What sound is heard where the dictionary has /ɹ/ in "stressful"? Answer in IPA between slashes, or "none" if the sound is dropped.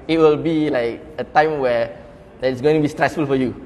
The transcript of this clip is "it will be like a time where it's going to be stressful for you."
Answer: /ɹ/